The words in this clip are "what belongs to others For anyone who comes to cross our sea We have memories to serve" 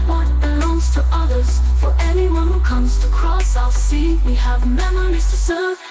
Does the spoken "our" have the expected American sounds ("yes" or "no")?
no